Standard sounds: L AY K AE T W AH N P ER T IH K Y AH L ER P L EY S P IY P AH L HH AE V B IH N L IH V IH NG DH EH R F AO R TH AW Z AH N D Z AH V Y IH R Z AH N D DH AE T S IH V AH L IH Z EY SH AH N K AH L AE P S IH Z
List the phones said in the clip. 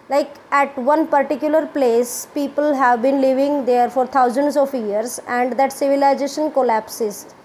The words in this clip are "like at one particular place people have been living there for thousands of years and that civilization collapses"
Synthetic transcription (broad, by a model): L AY K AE T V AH N P ER T IH K Y AH L ER P L EY S P IY P AH L HH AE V B IH N L IH V IH NG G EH R F AO R T AW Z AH N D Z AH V Y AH R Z AH N D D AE T S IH V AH L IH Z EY SH AH N K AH L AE P S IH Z